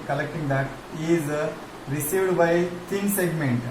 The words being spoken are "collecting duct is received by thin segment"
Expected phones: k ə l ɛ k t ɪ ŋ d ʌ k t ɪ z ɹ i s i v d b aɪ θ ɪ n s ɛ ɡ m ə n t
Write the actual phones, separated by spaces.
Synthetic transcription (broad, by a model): k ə l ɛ k t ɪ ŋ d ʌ t ɪ z ɹ i s i v d b aɪ t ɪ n s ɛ ɡ m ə n t